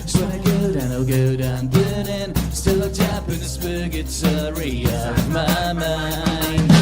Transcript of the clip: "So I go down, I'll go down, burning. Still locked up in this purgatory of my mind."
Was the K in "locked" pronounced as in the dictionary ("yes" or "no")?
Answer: no